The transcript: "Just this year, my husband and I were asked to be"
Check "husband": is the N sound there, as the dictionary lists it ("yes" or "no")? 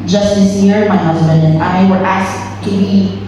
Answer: yes